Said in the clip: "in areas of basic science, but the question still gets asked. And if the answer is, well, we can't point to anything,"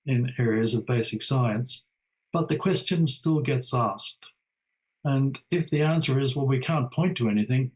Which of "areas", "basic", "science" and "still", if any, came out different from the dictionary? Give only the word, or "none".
none